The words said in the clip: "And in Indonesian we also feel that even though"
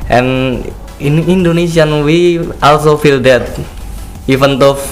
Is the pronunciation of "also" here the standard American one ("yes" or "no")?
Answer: yes